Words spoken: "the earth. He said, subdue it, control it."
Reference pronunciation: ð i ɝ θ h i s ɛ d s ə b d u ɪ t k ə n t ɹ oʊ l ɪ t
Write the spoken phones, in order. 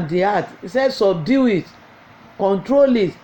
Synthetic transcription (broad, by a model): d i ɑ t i s ɛ d s ə b d u ɪ t k ə n t ɹ oʊ l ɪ t